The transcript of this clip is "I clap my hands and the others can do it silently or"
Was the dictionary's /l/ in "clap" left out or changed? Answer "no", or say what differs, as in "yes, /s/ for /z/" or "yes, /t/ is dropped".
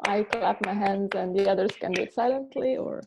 no